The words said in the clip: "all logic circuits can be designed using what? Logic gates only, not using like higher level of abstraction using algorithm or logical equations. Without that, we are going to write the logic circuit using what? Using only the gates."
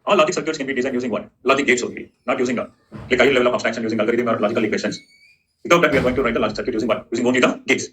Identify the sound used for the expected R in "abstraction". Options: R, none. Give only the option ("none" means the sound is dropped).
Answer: none